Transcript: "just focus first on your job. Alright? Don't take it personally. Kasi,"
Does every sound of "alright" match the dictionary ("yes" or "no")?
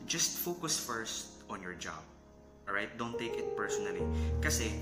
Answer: no